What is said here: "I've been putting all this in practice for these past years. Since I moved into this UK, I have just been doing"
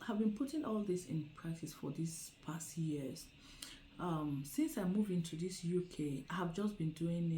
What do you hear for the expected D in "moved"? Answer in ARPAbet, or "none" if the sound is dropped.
none